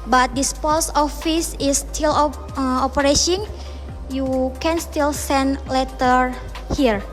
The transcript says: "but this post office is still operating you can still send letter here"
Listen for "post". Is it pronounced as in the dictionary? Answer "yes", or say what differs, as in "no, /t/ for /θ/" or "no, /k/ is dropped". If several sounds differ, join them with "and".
no, /t/ is dropped